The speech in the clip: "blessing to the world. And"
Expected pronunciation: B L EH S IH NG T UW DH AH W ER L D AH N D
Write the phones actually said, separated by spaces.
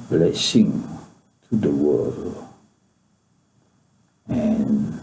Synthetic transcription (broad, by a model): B L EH S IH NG T UW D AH W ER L AH N